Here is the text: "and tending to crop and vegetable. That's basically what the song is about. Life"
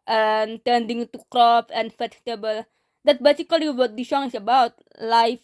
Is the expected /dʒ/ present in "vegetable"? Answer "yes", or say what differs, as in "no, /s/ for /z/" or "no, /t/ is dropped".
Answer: no, /tʃ/ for /dʒ/